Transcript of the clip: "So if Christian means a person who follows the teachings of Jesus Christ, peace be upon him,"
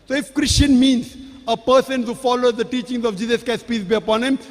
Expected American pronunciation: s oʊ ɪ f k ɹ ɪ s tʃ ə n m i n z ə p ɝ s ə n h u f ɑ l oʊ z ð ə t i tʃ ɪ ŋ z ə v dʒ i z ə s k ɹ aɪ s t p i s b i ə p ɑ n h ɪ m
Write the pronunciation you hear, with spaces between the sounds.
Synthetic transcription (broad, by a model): s oʊ ɪ f k ɹ ɪ s tʃ ə n m i n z ə p ɝ s ə n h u f ɑ l oʊ z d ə t i tʃ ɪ ŋ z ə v dʒ i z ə s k aɪ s p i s b i ə p ɑ n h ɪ m